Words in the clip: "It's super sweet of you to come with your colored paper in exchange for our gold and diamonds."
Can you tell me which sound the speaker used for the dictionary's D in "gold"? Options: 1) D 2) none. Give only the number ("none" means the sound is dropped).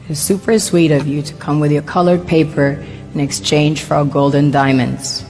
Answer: 1